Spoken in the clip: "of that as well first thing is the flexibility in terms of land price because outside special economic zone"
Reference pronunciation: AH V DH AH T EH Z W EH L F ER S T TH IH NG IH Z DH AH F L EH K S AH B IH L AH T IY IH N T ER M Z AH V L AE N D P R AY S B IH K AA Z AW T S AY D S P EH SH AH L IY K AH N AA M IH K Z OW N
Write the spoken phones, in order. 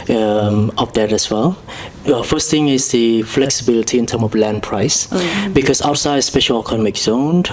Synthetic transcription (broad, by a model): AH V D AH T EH S W EH L F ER S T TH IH NG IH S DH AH F L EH K S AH B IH L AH T IY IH N T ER M AH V L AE N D P R AY S B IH K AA S AW T S AY D S P EH SH AH L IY K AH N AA M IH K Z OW N